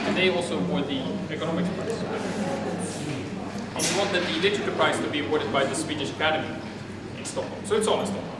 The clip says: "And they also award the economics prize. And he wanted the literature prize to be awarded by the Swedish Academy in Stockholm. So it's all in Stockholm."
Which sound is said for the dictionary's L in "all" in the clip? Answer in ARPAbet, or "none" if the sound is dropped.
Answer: N